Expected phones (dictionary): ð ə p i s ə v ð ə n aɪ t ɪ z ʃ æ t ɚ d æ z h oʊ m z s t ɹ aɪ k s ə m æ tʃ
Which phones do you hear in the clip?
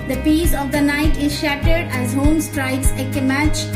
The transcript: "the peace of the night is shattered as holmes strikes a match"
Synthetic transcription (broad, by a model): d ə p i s ə v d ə n aɪ t ɪ z ʃ æ t ɚ d æ z h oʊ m s t ɹ aɪ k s ə m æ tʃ